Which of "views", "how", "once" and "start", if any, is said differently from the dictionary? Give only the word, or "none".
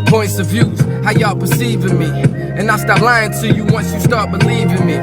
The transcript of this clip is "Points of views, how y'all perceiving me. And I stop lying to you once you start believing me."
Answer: none